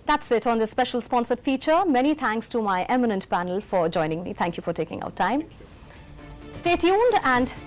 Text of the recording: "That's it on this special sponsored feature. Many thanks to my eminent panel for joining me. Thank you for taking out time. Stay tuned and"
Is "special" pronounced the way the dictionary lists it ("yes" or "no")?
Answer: yes